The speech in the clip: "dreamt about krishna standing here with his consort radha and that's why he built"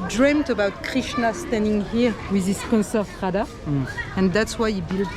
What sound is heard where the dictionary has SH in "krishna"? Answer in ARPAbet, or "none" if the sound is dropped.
SH